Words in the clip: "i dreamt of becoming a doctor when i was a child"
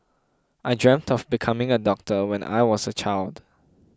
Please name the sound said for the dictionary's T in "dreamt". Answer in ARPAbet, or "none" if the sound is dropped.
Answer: T